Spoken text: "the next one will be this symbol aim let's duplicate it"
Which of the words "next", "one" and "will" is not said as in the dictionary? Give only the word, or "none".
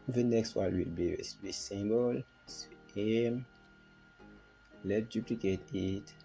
one